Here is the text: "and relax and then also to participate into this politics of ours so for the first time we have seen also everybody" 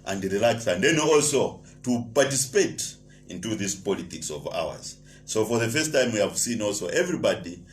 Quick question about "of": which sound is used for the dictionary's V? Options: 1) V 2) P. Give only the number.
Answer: 1